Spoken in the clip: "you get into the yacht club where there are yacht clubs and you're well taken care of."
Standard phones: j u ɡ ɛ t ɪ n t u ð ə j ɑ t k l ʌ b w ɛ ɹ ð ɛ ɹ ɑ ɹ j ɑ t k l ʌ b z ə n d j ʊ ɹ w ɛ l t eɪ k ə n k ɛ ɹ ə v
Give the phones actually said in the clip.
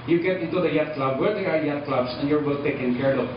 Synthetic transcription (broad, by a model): j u ɡ ɛ t ɪ n t u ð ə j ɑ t k l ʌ b w ɛ ɹ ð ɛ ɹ ɑ ɹ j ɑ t k l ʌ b s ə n j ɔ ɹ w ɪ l t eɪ k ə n k ɛ ɹ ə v